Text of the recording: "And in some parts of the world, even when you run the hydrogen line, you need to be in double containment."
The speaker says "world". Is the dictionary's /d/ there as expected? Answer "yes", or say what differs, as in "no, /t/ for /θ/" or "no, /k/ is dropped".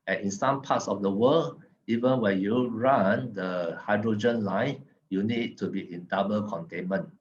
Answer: no, /d/ is dropped